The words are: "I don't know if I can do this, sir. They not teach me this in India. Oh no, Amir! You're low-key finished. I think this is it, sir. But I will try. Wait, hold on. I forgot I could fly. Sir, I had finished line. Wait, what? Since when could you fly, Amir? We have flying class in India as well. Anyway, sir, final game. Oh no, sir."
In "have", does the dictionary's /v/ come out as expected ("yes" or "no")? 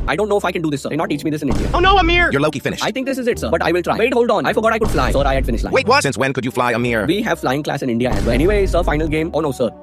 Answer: yes